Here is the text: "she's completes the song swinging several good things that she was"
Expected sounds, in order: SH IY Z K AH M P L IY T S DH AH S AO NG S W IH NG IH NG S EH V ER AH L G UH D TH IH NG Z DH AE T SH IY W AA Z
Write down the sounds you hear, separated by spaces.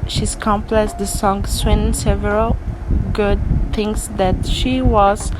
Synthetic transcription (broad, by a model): SH IY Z K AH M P L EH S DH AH S AO NG S W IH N S EH V ER AH L G UH D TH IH NG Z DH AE T SH IY W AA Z